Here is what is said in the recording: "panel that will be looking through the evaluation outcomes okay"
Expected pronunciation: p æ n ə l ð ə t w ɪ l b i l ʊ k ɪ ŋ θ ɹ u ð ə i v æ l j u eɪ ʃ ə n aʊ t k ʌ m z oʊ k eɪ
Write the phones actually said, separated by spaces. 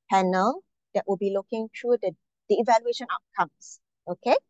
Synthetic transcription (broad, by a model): p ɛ n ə l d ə t w ɪ l b i l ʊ k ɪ ŋ t ɹ u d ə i v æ l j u eɪ ʃ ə n aʊ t k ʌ m s oʊ k eɪ